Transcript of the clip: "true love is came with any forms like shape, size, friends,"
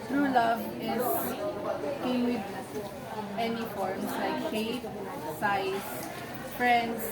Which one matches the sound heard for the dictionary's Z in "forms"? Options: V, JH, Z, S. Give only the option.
S